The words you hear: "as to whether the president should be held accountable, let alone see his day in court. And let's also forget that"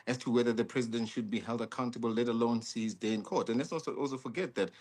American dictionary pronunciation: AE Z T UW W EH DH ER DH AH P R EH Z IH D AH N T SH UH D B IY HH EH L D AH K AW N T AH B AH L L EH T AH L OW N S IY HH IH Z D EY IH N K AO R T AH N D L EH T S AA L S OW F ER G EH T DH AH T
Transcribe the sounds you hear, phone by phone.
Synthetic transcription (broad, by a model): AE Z T UW W EH DH ER DH AH P R EH Z IH D AH N T SH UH D B IY HH EH L D AH K AW N T AH B AH L L EH T AH L OW N S IY HH IH Z D EY IH N K AO R T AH N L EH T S AA L S OW F ER G EH T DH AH T